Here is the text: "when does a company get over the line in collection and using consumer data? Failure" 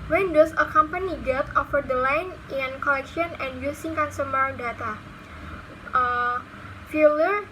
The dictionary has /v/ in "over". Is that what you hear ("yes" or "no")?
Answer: no